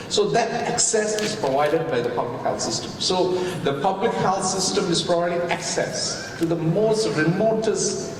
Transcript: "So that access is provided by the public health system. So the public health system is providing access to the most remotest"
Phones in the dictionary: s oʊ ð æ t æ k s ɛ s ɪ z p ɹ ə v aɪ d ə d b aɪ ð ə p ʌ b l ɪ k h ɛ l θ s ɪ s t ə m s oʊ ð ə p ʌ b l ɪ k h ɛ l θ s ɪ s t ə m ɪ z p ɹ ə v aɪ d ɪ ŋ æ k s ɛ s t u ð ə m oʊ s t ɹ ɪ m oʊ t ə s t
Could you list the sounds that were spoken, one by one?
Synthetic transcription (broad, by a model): s oʊ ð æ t æ k s ɛ s ɪ z p ɹ ə v aɪ d ə d b aɪ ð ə p ʌ b l ɪ k h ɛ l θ s ɪ s t ə m s oʊ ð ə p ʌ b l ɪ k h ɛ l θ s ɪ s t ə m ɪ z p ɹ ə b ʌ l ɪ æ k s ɛ s t u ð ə m oʊ s t ɹ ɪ m oʊ t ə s